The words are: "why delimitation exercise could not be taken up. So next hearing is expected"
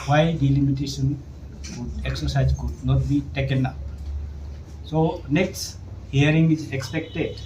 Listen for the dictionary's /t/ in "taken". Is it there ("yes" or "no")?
yes